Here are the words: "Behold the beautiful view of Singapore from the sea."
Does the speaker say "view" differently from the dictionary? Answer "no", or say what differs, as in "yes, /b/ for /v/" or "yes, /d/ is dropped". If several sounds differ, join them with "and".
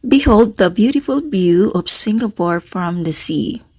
yes, /b/ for /v/